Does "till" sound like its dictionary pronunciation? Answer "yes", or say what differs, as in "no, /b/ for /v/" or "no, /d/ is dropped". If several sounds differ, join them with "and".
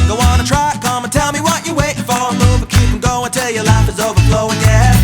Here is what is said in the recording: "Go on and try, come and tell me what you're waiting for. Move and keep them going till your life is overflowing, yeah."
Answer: yes